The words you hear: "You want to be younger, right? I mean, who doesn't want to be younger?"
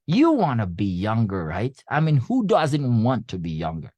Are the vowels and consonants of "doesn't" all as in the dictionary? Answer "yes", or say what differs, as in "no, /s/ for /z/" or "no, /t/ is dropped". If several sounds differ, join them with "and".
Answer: yes